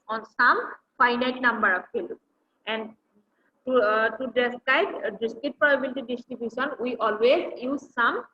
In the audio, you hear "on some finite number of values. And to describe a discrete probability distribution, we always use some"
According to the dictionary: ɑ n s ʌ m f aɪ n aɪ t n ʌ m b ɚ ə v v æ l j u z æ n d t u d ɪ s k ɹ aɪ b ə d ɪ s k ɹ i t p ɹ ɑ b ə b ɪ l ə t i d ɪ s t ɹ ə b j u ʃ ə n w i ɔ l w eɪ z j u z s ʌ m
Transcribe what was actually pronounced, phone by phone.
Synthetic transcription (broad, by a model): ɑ n s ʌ m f aɪ n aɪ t n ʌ m b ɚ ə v f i l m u n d t u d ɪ s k aɪ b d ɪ s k i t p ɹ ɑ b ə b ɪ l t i d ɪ s t ɹ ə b j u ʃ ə n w i ɔ l w eɪ z j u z s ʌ m